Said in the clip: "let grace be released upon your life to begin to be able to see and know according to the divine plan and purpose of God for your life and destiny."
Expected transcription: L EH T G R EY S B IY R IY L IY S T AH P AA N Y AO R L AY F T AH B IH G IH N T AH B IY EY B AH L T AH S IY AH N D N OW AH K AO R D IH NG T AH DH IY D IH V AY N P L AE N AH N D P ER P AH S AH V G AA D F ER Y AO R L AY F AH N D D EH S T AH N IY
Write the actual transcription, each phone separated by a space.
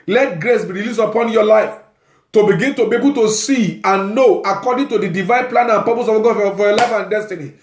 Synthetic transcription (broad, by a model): L EH T G R EY S B IY R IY L IY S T AH P AA N Y AO L AY F T AH B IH G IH N T AH B IY EY B AH L T AH S IY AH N N OW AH K AO D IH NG T AH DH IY D IH V AY N P L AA N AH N P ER P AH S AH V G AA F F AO Y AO L AY F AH N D D EH S T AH N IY